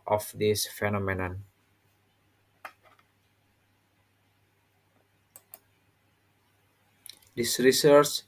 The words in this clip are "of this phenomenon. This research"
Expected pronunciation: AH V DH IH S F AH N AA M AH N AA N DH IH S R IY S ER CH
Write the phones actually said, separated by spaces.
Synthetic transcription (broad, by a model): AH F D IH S F AH N AA M AH N AA N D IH S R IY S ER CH